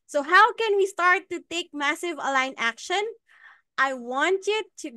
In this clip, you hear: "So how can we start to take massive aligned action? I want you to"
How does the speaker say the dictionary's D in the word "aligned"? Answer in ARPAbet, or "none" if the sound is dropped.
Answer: none